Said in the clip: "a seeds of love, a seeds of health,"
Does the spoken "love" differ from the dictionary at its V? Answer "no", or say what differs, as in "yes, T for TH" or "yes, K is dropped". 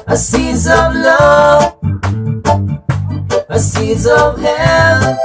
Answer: yes, V is dropped